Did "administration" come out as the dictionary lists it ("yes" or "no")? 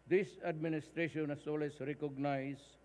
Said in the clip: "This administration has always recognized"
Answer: yes